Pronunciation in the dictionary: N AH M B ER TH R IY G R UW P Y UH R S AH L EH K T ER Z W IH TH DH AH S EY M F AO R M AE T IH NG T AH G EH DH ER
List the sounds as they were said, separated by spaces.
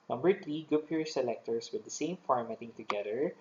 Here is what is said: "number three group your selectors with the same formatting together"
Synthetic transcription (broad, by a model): N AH M B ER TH R IY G UW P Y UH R S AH L EH K T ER S W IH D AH S EY M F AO R M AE T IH NG T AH G EH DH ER